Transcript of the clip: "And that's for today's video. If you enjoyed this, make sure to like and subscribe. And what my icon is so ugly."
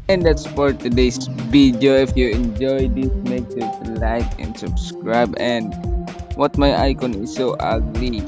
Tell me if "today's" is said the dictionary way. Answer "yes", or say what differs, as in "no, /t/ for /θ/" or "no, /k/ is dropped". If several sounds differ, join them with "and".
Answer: no, /s/ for /z/